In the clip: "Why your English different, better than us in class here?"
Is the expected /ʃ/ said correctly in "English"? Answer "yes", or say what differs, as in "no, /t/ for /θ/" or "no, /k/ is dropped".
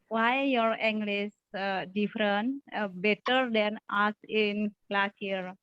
no, /s/ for /ʃ/